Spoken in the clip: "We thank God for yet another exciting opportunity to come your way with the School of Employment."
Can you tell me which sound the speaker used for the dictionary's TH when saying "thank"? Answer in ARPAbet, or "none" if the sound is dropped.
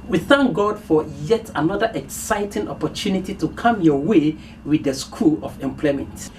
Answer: TH